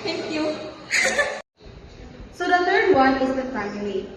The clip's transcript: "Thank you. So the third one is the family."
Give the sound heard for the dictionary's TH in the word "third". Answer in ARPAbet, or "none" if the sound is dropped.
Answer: T